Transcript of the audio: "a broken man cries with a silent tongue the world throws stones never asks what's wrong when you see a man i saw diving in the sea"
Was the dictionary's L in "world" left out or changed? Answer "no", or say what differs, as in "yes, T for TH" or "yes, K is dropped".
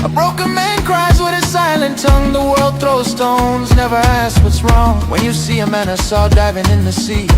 no